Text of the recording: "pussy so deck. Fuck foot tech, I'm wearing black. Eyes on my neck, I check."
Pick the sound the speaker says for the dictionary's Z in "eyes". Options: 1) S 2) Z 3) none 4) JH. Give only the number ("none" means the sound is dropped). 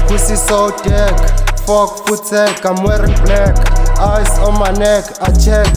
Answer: 1